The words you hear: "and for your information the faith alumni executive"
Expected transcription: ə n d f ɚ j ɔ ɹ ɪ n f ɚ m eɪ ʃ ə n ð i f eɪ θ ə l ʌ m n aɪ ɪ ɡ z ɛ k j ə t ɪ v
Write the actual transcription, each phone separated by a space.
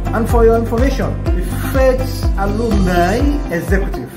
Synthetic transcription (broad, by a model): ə n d f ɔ j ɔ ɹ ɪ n f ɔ m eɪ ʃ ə n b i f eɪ s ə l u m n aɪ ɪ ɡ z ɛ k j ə t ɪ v